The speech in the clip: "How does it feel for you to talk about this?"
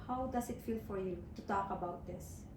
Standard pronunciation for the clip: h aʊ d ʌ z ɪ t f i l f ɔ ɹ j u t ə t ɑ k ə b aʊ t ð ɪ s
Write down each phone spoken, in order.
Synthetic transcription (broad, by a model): h aʊ d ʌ s ɪ t f i l f ɔ ɹ j u t ə t ɑ k ə b aʊ t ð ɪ s